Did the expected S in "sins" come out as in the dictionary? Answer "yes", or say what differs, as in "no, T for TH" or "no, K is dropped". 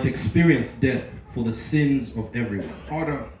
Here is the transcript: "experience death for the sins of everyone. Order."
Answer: yes